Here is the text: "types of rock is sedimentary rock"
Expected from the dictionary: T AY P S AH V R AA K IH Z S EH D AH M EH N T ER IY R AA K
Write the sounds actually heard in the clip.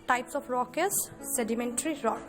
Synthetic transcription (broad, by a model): T AY P S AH P R AA K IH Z S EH D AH M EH N T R IY R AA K